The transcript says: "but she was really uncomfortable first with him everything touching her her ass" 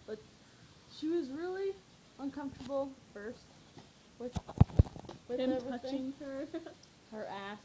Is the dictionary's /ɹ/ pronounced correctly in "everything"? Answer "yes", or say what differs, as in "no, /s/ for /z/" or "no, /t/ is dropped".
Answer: no, /ɹ/ is dropped